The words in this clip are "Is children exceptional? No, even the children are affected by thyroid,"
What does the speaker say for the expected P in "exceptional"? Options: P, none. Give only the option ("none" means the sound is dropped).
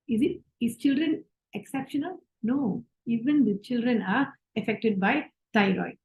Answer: P